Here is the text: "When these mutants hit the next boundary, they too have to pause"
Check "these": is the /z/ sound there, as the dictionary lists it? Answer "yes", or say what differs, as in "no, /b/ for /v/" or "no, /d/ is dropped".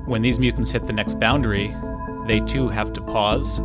yes